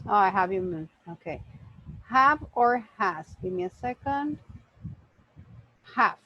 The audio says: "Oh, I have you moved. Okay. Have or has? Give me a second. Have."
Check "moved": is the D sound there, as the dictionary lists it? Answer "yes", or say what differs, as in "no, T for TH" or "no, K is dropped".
no, D is dropped